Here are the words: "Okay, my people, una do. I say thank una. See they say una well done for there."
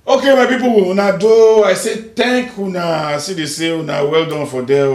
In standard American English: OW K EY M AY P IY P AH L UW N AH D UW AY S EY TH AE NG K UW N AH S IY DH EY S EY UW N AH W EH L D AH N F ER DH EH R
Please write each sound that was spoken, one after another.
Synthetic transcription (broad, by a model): OW K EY M AY P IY P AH W UW N AH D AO AY S EY T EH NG K UW N AH S IY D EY S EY UW N AH W EH L D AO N F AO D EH